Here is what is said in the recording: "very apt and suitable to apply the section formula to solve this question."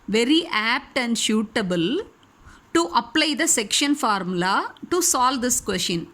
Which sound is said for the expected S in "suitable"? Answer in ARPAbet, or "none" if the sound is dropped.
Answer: SH